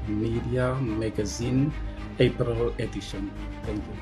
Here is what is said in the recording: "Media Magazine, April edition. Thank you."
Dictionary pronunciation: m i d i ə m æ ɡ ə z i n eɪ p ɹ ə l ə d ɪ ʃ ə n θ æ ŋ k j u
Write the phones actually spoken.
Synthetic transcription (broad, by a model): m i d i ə m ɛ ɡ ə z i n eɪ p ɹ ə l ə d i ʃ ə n t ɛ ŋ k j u